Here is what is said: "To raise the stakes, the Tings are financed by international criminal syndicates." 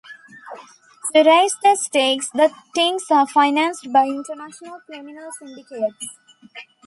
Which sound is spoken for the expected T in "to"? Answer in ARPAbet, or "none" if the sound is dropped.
S